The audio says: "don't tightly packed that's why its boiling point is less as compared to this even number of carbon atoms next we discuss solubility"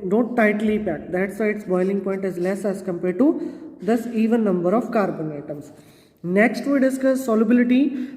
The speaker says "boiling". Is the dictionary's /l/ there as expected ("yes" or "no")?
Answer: yes